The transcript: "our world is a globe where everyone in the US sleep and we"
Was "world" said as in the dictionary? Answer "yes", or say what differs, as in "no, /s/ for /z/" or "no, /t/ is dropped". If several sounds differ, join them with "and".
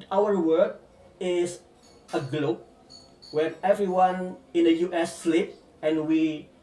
no, /l/ is dropped